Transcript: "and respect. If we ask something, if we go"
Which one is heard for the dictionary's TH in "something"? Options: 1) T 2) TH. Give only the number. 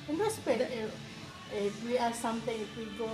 1